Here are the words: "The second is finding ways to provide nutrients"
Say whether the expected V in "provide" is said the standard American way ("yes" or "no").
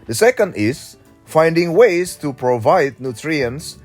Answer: yes